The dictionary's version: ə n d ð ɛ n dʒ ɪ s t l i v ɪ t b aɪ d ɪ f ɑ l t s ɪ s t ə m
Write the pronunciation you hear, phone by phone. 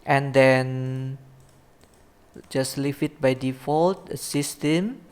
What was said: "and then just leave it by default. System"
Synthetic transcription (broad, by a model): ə n d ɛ n dʒ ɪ s l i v ɪ t b aɪ d ɪ f ɑ l t s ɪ s t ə m